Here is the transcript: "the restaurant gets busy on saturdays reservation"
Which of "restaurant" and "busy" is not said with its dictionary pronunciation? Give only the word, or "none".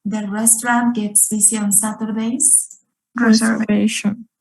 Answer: busy